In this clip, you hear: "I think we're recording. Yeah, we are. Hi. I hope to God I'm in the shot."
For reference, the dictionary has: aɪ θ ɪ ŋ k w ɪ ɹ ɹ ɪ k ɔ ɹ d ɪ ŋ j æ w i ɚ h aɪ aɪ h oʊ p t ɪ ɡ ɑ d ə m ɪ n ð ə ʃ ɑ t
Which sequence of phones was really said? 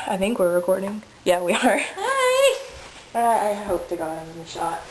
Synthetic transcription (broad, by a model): aɪ θ ɪ ŋ k w ɪ ɹ ɹ ɪ k ɔ ɹ d ɪ ŋ j æ w i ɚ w aɪ aɪ h oʊ p t ɪ ɡ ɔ ə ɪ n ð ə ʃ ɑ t